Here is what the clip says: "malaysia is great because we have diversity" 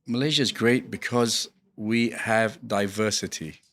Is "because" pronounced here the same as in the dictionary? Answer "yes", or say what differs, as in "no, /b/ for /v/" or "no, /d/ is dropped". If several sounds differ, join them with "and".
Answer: yes